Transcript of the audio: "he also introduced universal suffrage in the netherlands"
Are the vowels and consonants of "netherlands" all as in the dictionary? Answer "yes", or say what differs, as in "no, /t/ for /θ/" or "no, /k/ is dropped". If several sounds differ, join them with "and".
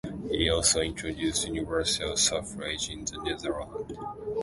no, /z/ is dropped